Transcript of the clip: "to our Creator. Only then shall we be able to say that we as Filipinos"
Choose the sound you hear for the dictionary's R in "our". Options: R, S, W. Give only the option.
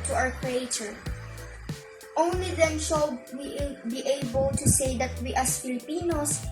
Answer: W